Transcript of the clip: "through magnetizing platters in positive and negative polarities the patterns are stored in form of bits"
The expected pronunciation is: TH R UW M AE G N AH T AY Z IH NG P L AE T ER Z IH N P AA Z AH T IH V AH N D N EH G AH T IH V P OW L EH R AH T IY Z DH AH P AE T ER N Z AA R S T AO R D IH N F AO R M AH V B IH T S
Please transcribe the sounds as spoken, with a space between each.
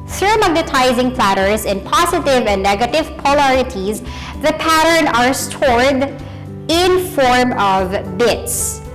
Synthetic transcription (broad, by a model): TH R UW M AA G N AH T AY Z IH NG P L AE T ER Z IH N P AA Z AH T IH V AH N D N EH G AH T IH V P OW L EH R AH T IY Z DH AH P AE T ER N AA R S T AO R D IH N F AO R M AH V B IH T S